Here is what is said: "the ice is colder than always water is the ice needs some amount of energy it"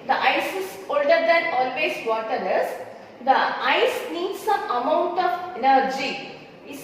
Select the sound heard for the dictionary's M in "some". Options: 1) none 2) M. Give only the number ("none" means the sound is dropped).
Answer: 1